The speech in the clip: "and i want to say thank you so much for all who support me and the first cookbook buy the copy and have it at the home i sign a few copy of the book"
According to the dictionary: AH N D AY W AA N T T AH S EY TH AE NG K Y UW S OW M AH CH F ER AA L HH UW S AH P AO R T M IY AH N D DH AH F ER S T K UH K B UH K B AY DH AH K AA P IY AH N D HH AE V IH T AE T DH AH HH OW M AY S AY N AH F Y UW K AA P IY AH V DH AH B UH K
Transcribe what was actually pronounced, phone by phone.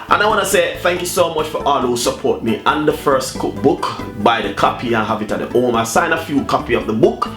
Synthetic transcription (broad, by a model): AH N AY W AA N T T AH S EY TH AE NG K Y UW S OW M AH CH F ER AA L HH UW S AH P AO R T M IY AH N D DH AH F ER S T K UH K B UH K B AY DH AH K AA P IY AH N HH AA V IH T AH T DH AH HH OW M AY S AY N AH F Y UW K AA P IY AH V DH AH B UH K